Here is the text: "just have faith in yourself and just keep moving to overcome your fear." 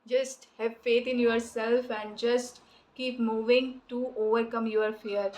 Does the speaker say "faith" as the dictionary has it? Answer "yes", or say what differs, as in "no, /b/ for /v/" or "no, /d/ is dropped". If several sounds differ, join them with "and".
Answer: no, /t/ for /θ/